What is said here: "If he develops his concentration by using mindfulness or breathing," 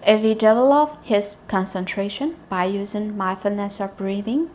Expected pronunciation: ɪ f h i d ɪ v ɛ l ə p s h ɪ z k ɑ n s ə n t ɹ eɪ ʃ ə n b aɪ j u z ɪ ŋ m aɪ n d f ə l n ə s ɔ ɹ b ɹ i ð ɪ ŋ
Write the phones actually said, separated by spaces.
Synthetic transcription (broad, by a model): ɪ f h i d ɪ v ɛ l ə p h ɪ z k ɑ n s ə n t ɹ eɪ ʃ ə n b aɪ j u z ɪ ŋ m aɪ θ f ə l n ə s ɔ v b ɹ i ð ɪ ŋ